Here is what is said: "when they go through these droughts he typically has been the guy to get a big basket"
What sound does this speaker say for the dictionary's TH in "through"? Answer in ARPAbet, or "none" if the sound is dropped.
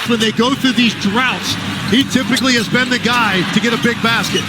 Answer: TH